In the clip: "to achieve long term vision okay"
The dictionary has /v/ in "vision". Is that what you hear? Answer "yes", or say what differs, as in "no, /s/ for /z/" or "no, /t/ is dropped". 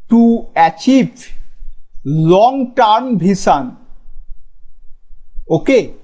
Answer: no, /b/ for /v/